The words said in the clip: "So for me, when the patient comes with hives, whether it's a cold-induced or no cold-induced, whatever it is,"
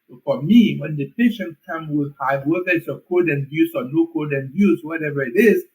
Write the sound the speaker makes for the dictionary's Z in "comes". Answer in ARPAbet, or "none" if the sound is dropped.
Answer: none